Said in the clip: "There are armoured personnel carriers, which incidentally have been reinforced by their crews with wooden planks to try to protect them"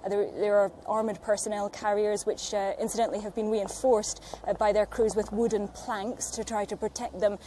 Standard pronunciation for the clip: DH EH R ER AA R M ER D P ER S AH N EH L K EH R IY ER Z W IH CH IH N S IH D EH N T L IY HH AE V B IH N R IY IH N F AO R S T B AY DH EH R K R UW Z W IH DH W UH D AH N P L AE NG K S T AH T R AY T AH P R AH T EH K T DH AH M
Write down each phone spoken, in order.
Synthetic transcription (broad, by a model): DH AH R ER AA R M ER D P ER S AH N EH L K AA R IY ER Z W IH CH IH N S IH D EH N T L IY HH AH V B IH N R IY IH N F AO R S B AY DH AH R K R UW Z W IH DH W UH D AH N P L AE NG K S T AH T R AY T AH P R AH T EH K T DH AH M